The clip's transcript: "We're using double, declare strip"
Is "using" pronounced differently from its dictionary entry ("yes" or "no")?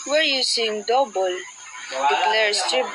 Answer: yes